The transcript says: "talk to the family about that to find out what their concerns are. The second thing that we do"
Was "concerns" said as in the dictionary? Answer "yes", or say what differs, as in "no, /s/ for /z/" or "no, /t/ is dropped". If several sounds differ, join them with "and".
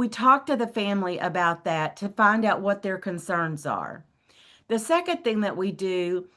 yes